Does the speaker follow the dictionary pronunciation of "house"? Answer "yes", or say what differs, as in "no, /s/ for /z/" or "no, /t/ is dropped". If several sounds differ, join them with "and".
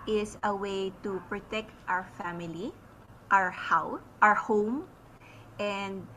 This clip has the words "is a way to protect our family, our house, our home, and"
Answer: no, /s/ is dropped